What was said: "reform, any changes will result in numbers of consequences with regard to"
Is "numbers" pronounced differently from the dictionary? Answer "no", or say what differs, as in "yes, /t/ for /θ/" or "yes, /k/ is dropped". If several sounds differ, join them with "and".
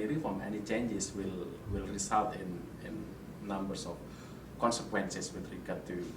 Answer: yes, /s/ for /z/